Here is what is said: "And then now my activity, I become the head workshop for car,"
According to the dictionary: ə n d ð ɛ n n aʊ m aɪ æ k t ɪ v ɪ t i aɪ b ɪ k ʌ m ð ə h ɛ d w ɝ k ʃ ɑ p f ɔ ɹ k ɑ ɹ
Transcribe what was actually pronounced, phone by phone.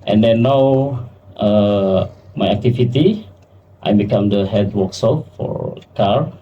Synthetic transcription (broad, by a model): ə n d ɛ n n aʊ m aɪ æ k t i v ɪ t i aɪ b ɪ k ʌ m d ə h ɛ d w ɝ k s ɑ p f ɔ ɹ k ɑ ɹ